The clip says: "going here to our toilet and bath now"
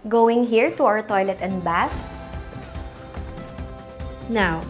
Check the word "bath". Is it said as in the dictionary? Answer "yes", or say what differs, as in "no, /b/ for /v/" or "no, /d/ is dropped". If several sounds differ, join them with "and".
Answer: no, /s/ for /θ/